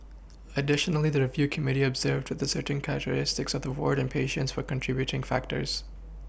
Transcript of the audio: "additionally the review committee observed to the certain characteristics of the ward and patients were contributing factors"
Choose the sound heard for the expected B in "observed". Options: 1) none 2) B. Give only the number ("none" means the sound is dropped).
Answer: 2